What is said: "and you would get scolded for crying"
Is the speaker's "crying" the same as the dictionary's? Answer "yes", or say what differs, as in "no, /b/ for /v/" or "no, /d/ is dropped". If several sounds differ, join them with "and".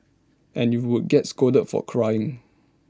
yes